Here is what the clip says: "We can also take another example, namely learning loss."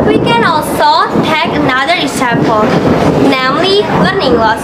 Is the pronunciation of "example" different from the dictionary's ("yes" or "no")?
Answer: yes